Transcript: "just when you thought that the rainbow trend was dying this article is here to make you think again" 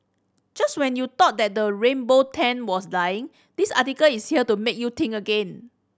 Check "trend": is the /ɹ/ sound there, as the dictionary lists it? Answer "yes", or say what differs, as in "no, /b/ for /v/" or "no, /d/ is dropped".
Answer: no, /ɹ/ is dropped